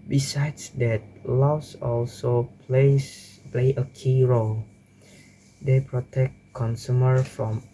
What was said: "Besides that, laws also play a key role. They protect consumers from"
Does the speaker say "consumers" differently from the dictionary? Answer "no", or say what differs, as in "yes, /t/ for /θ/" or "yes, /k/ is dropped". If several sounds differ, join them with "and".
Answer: yes, /z/ is dropped